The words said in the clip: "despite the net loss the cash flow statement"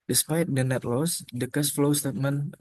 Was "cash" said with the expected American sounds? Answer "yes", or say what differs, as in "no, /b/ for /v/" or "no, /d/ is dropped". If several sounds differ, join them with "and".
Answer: no, /s/ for /ʃ/